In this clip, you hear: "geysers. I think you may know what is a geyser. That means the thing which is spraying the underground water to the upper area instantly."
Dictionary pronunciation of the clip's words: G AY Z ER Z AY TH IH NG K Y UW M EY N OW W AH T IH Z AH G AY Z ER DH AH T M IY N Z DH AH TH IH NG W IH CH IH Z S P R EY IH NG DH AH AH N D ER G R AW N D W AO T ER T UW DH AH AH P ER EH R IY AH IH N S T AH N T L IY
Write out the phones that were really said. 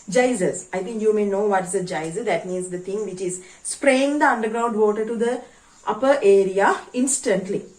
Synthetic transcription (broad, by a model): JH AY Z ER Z AY T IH NG K Y UW M EY N OW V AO T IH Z AH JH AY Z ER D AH T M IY N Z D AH T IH NG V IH CH IH Z S P R EY IH NG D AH AH N D ER G R AW N D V AO T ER T UW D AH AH P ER EH R IY AH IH N S T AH N T L IY